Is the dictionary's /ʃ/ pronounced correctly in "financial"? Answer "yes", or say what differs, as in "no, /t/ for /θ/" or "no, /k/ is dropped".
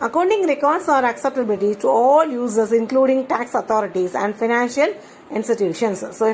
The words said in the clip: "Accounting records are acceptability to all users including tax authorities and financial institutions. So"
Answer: yes